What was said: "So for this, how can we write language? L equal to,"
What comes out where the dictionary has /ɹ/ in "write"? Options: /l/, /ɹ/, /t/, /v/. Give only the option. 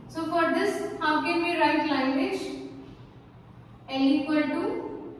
/ɹ/